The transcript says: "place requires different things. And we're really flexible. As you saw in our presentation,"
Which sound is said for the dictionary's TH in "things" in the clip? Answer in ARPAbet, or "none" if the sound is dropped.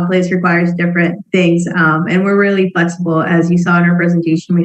TH